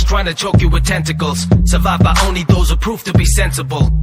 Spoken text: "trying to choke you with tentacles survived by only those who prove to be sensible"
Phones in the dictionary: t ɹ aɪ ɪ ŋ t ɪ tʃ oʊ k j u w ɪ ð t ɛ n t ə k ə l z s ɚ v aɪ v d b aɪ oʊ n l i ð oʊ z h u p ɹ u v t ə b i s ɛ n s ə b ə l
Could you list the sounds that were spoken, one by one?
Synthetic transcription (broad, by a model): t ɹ aɪ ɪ ŋ t ɪ tʃ oʊ k j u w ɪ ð t ɛ n t ə k ə l z s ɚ v aɪ v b aɪ oʊ n l i ð oʊ z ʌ p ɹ u f t ə b i s ɛ n s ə b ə l